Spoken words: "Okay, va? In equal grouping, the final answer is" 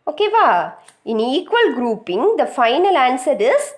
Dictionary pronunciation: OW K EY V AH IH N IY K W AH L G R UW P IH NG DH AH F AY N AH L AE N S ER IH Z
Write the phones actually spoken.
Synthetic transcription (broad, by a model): OW K EY V AH IH N IY K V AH L G R UW P IH NG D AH F AY N AH L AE N S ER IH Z